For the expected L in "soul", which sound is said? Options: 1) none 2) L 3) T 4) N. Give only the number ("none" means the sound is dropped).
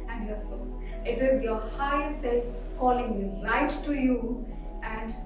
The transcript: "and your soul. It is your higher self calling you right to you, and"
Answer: 4